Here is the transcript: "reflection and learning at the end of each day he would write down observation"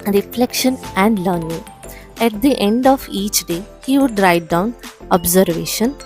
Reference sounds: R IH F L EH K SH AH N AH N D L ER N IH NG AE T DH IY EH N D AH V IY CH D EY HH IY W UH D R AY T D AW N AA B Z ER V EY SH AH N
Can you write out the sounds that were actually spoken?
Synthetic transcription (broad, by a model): R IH F L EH K SH AH N AH N D L ER N IH NG AE T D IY EH N D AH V IY CH D EY HH IY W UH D R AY D AW N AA B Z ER V EY SH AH N